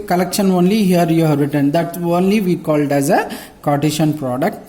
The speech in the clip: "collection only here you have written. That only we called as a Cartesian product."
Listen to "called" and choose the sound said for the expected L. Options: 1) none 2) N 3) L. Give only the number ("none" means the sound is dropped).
3